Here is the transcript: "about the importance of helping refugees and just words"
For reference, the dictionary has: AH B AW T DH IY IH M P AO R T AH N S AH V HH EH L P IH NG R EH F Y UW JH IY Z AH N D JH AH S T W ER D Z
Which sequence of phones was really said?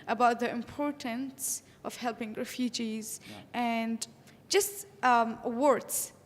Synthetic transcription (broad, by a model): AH B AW T DH IY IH M P AO R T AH N S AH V HH EH L P IH NG R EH F Y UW JH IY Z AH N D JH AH S T W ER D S